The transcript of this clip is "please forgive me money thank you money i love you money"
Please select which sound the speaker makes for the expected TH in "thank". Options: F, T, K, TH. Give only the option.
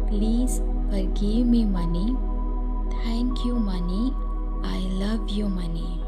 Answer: T